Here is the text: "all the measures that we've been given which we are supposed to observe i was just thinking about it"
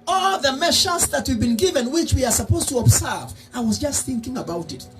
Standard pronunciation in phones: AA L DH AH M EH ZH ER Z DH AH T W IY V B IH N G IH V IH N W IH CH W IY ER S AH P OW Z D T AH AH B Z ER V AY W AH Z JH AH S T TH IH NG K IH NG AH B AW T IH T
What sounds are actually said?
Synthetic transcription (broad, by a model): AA L DH AH M EH SH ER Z DH AH T W IY V B IH N G IH V IH N W IH CH W IY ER S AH P OW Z T AH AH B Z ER V AY W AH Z JH AH S T TH IH NG K IH NG AH B AW T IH T